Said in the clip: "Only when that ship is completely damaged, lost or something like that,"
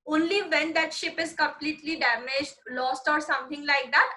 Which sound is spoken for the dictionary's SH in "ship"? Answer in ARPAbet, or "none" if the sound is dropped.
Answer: SH